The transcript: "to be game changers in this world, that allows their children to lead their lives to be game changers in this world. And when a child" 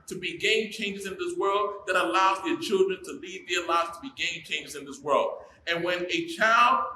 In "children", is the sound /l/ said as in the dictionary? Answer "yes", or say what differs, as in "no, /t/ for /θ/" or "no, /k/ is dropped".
yes